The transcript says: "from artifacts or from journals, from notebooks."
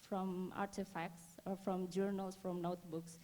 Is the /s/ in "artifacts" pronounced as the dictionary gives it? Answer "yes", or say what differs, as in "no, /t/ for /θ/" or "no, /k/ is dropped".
yes